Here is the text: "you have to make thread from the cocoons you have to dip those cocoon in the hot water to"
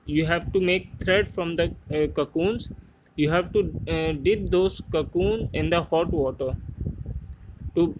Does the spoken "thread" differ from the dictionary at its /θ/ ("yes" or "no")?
yes